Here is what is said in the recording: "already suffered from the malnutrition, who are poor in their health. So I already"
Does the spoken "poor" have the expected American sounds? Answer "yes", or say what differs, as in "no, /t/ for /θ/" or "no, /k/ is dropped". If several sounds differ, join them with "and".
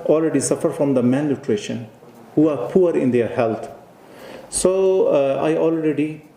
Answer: yes